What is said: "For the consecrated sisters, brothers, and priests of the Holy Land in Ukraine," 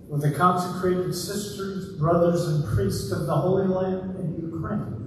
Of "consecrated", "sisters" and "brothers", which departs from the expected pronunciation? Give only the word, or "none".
none